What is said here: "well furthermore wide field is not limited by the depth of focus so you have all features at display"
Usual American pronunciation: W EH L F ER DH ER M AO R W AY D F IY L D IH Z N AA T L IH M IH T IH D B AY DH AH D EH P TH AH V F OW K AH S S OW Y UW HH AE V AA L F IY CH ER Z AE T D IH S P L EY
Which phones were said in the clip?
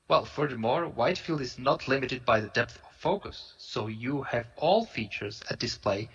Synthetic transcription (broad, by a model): W EH L F ER DH ER M AO R W AY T F IY L D IH Z N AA T L IH M IH T IH D B AY DH AH D EH P TH AH V F OW K AH S S OW Y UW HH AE V AA L F IY CH ER Z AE T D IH S P L EY